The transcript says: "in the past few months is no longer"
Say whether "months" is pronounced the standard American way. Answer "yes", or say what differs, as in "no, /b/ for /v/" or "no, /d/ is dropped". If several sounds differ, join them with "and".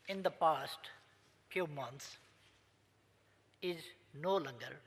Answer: no, /t/ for /θ/